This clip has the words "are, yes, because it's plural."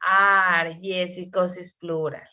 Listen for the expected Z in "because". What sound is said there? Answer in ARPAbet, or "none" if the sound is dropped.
S